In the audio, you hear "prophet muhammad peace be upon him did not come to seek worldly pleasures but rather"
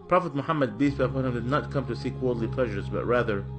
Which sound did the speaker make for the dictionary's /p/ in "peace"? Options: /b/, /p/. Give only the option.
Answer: /b/